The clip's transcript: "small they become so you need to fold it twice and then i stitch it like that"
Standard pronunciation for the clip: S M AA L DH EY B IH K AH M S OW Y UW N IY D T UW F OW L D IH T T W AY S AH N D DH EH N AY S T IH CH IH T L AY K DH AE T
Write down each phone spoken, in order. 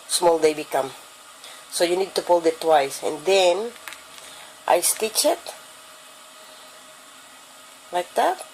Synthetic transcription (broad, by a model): S M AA L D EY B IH K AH M S OW Y UW N IY D T UW P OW L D IH T T W AY S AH N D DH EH N AY S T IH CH IH T L AY K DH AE T